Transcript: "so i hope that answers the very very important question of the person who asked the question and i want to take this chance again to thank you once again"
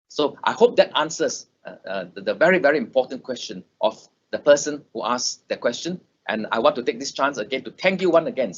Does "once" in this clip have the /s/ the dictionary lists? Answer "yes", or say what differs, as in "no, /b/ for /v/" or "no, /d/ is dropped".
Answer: no, /s/ is dropped